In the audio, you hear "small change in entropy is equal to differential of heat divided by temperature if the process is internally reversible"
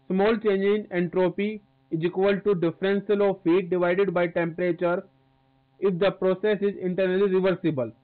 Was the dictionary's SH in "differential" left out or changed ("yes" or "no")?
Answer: yes